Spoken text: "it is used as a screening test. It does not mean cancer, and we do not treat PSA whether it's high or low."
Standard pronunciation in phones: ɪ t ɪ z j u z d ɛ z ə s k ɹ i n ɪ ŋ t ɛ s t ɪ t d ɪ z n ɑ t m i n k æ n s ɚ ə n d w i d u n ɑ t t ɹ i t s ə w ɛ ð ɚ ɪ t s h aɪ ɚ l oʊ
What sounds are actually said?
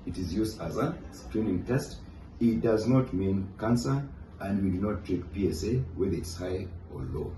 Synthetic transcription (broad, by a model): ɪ t ɪ z j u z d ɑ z ə s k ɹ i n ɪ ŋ t ɛ s t ɪ t d ɪ z n ɑ t m i n k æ n s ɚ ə n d w i d u n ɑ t t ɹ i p s ə w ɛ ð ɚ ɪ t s h aɪ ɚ l oʊ